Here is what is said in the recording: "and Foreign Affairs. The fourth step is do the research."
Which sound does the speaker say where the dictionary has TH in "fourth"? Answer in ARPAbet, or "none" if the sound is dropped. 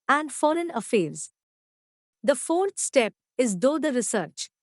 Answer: T